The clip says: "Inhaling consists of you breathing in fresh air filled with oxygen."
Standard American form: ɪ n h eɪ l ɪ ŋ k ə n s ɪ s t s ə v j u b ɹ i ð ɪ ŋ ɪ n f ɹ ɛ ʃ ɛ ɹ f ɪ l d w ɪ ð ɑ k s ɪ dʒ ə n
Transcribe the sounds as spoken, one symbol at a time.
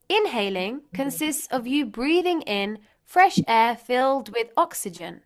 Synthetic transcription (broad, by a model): ɪ n h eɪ l ɪ ŋ k ə n s ɪ s t s ə v j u b ɹ i ð ɪ ŋ ɪ n f ɹ ɛ ʃ ɛ f ɪ l d w ɪ ð ɑ k s ɪ dʒ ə n